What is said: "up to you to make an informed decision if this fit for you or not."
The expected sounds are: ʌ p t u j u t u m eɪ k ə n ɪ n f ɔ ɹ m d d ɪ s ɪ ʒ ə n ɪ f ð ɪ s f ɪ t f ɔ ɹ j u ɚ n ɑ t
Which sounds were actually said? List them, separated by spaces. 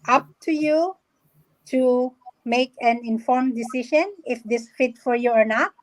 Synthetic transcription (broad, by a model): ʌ p t u j u t u m eɪ k ə n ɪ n f ɔ ɹ m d d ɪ s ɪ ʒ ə n ɪ f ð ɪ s f ɪ t f ɔ ɹ j u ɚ n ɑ t